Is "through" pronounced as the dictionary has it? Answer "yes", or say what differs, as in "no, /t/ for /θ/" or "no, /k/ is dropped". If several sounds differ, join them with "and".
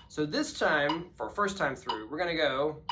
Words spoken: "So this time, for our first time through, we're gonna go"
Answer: yes